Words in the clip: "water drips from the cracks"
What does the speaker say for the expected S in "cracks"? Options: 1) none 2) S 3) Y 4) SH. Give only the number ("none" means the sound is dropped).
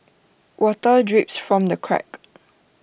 1